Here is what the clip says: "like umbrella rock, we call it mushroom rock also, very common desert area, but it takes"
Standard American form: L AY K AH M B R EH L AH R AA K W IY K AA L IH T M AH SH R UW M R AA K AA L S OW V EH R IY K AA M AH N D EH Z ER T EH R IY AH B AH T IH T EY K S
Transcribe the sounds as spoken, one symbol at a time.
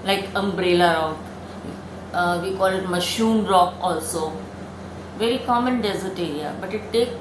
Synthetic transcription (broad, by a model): L AY K AH M B R EH L AH R AA K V IY K AA L IH T M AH SH UW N R AA K AA L S OW V EH R IY K AA M AH N D EH Z ER T EH R IY AH B AH T IH T EY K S